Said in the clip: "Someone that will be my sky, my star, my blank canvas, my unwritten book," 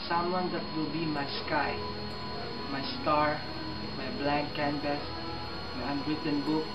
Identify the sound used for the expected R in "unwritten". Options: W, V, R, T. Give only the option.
R